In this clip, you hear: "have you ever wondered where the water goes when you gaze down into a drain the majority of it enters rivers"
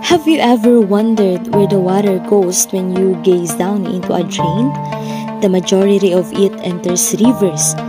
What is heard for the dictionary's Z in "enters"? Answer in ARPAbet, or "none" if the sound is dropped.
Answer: S